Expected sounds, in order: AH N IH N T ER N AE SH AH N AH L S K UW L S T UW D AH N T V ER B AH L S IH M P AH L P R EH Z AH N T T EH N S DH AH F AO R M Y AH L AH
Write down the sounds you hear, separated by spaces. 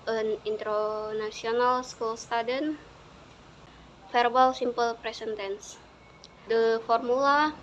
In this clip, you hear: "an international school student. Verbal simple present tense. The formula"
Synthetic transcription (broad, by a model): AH N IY N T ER N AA S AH N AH L S K UW L S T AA D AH N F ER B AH L S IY M P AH L P R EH S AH N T T EH N S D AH F AO R M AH L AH